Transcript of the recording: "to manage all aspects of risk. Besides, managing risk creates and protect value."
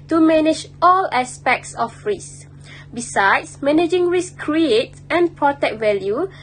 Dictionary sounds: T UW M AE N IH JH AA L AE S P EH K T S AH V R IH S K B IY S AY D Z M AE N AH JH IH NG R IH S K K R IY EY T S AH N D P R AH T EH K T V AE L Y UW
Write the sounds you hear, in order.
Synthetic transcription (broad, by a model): T UW M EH N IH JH AA L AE S P EH K T S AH F R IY S B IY S AY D S M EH N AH JH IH NG R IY S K K R IY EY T AH N P R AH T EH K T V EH L Y UW